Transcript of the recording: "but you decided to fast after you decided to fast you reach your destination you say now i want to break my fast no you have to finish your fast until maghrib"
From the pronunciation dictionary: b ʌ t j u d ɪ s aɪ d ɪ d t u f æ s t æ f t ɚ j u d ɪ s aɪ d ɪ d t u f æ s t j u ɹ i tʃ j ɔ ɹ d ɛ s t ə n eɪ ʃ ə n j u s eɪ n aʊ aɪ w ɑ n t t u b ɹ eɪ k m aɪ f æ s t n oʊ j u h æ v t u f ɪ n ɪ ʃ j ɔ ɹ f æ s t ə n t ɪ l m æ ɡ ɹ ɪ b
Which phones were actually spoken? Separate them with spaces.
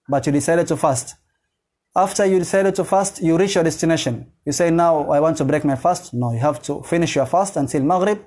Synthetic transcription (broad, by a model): b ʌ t j u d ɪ s aɪ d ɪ d t u f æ s t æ f t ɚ j u d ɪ s aɪ d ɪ d t u f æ s t j u ɹ i tʃ j ɔ ɹ d ɛ s t ə n eɪ ʃ ə n j u s eɪ n aʊ aɪ w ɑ n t t u b ɹ eɪ k m aɪ f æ s t n oʊ j u h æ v t u f ɪ n ɪ ʃ j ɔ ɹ f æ s t ə n t ɪ l m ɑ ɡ ɹ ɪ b